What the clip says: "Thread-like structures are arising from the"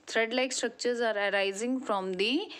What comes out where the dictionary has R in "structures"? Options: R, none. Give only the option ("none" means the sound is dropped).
R